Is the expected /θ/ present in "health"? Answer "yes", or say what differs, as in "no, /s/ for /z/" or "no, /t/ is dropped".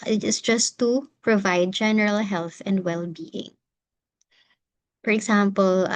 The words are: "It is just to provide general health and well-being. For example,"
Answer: yes